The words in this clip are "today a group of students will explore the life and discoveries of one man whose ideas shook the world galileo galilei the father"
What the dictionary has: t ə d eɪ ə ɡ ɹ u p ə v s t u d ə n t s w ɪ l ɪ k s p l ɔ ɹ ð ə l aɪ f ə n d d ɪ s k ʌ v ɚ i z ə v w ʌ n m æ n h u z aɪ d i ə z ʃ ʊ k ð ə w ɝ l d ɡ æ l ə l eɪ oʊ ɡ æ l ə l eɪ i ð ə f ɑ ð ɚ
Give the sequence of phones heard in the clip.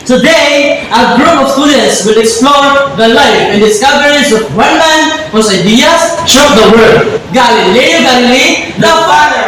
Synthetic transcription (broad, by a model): t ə d eɪ ə ɡ ɹ u p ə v s t u d ə n t s w ɪ l ɪ k s p l ɔ ɹ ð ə l aɪ f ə n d d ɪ s k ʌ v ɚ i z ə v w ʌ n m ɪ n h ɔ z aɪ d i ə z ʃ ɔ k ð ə w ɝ d ɡ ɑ l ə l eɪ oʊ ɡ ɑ l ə l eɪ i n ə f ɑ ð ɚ